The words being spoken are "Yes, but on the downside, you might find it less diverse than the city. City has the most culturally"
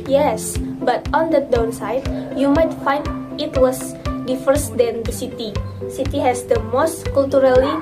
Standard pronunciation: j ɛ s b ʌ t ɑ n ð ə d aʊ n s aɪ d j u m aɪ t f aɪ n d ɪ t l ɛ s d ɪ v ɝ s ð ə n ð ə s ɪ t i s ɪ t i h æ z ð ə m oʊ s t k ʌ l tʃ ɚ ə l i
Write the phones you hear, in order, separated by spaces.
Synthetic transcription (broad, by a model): j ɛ s b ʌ t ɑ n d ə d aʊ n s aɪ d j u m aɪ t f aɪ n d ɪ t w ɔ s d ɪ f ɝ s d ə n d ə s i t i s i t i h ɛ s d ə m oʊ s t k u l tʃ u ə l i